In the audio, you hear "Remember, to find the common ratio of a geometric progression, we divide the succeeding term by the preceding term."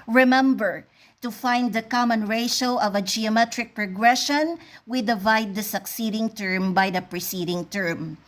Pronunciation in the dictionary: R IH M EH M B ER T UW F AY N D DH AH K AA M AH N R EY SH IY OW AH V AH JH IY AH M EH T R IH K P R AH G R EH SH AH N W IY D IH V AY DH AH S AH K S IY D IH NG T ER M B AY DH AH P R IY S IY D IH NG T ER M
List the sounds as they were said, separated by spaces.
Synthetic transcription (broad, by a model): R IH M EH M B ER T UW F AY N D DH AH K AA M AH N R EY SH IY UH AH V AH JH IY AH M EH T R IH K P R AH G R EH SH AH N W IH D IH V AY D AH S AH K S IY D IH NG T ER M B AY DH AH P R IY S IY D IH NG T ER M